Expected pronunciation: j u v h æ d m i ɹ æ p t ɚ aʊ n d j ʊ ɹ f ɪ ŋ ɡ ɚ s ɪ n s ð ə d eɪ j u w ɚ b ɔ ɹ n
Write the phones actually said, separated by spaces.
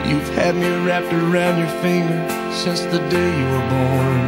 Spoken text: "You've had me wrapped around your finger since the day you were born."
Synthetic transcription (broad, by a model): j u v h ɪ d m i ɹ æ p t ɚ aʊ n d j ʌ ɹ f ɪ ŋ ɡ ɚ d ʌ s ð ə d eɪ j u w ɚ b ɔ ɹ n